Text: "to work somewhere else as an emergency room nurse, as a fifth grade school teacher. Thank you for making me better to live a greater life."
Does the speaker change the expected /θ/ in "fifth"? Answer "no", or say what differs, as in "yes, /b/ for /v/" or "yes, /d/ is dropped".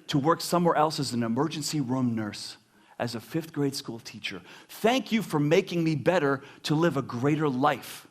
no